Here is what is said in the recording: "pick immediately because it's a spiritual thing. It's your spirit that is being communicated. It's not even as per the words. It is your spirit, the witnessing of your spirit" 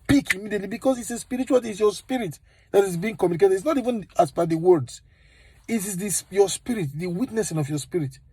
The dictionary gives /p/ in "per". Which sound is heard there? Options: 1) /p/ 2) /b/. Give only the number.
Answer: 2